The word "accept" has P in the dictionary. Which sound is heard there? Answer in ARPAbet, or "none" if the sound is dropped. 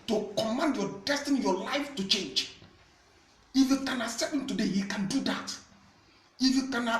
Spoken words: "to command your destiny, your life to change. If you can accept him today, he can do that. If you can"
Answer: none